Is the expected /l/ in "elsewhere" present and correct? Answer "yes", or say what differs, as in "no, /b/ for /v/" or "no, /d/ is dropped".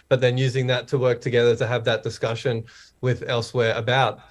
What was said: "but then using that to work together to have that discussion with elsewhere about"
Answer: yes